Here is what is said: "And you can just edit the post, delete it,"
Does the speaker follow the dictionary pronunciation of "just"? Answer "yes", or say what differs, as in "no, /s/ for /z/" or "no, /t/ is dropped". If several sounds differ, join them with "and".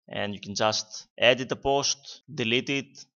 yes